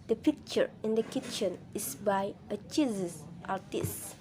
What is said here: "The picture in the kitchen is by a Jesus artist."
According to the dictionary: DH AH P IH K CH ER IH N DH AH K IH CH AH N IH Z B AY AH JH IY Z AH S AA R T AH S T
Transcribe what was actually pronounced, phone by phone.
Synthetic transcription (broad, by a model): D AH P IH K CH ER IH N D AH K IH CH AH N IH S B AY AH CH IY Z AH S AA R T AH S T